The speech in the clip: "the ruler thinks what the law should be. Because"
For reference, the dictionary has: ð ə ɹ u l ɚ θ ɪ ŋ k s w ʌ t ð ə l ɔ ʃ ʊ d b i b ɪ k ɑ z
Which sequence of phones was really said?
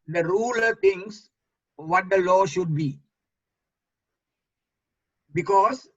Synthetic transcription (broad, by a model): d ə ɹ u l ɚ t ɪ ŋ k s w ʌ t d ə l ɔ ʃ ʊ d b i b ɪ k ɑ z